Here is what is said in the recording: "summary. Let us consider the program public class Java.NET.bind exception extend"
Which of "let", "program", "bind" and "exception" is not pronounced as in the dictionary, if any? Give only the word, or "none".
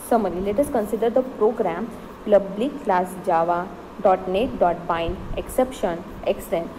bind